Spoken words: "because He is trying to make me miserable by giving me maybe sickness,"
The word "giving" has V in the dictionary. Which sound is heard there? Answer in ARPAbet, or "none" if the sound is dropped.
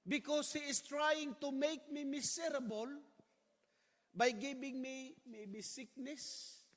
B